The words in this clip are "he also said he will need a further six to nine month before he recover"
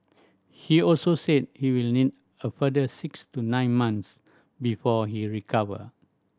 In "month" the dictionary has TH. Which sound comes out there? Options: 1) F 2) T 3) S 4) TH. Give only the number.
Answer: 3